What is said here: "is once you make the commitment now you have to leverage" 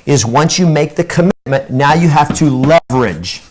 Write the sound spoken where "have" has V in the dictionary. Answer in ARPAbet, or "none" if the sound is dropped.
F